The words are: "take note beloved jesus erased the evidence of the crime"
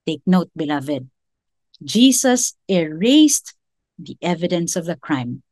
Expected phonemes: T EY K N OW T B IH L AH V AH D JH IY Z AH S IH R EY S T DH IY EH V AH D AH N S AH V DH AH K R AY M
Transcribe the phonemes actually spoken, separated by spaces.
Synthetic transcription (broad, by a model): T EY K N OW T B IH L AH V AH D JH IY S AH S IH R EY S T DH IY EH V AH D AH N S AH V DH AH K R AY M